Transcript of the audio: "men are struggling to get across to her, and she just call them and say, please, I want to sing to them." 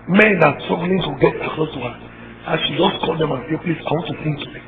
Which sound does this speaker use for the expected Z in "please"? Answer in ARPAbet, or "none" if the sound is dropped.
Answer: S